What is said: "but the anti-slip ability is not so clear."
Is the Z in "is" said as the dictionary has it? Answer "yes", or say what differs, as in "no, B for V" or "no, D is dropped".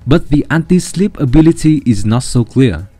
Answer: yes